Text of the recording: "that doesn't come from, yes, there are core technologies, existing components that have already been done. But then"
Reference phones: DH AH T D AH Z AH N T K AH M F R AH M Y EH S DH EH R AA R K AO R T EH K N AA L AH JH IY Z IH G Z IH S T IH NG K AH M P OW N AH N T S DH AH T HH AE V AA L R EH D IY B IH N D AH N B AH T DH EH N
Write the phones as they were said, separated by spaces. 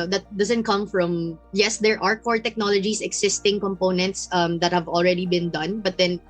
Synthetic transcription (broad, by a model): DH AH T D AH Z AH N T K AH M F R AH M Y EH S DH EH R AA R K AO R T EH K N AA L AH JH IY S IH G S IH S T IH NG K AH M P OW N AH N T S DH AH T HH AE V AA L R EH D IY B IH N D AH N B AH T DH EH N